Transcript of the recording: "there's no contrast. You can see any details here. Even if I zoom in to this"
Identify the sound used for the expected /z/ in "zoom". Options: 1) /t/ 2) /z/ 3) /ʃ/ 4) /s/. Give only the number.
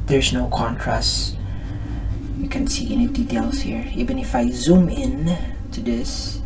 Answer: 2